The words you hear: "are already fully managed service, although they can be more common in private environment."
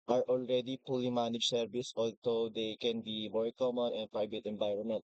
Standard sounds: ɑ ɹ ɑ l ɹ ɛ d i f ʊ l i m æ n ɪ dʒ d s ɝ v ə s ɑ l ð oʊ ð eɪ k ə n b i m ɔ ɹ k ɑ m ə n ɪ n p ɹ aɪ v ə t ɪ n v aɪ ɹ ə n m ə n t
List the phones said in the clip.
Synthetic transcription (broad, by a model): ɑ ɹ ɑ l ɹ ɛ d i p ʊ l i m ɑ n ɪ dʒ s ɝ v ə s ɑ l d oʊ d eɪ k ə n b i m ɔ ɹ k ɑ m ə n ɪ n p ɹ aɪ v ə t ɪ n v aɪ ɹ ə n m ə n t